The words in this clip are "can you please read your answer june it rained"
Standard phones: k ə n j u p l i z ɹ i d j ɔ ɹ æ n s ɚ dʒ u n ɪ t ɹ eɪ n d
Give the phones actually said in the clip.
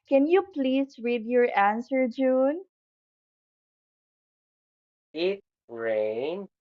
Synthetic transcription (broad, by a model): k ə n j u p l i s ɹ i d j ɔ ɹ æ n s ɚ dʒ u n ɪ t ɹ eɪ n